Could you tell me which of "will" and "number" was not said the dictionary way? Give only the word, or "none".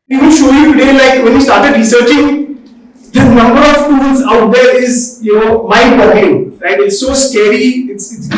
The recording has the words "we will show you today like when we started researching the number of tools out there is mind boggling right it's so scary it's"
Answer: will